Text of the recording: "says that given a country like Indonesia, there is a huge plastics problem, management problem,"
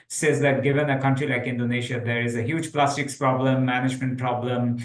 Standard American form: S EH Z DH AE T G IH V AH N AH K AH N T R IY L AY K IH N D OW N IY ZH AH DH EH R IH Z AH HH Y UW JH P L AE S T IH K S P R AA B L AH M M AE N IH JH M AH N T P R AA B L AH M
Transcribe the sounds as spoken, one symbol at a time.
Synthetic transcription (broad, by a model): S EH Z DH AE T G IH V AH N AH K AH N T R IY L AY K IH N D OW N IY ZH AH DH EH R IH Z AH HH Y UW JH P L AE S T IH K S P R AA B L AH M M AE N IH JH M AH N T P R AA B L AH M